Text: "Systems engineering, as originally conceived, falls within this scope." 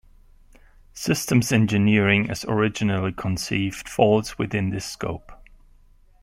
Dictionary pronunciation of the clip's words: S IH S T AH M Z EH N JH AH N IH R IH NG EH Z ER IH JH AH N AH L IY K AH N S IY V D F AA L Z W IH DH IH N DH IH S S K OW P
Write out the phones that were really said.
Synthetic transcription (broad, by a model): S IH S T AH M Z EH N JH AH N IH R IH NG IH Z ER IH JH AH N AH L IY K AH N S IY V D F AA L Z W IH DH IH N DH IH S S K OW P